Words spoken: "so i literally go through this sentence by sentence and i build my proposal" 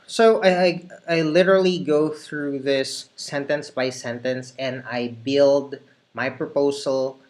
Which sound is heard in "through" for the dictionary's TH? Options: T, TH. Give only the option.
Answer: TH